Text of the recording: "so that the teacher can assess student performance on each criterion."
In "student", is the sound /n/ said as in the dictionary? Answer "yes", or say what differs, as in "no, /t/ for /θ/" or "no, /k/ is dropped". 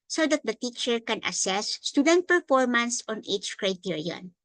yes